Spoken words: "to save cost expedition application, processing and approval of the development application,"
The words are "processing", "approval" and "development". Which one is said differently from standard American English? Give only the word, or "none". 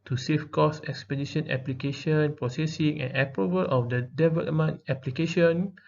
development